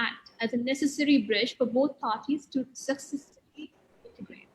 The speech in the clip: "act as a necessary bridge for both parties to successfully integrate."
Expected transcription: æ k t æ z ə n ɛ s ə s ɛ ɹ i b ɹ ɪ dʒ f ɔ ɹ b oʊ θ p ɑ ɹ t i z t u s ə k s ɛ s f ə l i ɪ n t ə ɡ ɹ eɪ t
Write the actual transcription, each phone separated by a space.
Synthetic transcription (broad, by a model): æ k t æ z ə n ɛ s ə s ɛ ɹ i b ɹ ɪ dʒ f ɔ ɹ b oʊ t p ɑ ɹ t i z t u s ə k s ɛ s ə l i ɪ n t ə ɡ ɹ eɪ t